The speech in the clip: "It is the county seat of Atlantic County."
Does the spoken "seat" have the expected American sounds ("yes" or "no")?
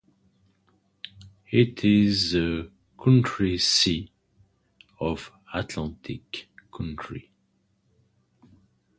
no